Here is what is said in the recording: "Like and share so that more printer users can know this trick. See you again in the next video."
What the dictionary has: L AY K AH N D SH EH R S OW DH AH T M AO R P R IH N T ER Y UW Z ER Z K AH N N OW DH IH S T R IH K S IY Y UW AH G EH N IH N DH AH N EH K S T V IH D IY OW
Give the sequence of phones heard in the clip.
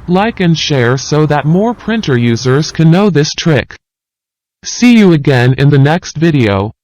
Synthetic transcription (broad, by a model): L AY K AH N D SH EH R S OW DH AH T M AO R P R IH N T ER Y UW Z ER Z K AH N N OW DH IH S T R IH K S IY Y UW AH G EH N IH N DH AH N EH K S T V IH D IY OW